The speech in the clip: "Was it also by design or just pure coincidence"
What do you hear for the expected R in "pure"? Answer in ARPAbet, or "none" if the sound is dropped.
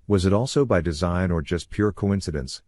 R